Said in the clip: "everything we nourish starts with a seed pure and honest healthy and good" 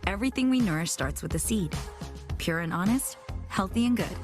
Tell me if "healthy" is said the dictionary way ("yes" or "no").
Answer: yes